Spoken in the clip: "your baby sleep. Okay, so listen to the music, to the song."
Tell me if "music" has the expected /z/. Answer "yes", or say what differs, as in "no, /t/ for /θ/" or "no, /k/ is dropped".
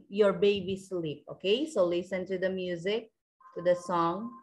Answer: yes